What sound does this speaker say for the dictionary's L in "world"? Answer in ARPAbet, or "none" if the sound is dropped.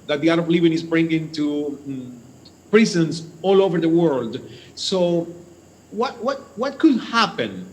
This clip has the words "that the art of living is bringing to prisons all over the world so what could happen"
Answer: L